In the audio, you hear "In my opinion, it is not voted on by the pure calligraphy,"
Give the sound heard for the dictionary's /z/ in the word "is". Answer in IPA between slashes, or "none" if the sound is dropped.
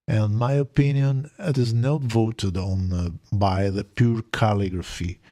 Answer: /z/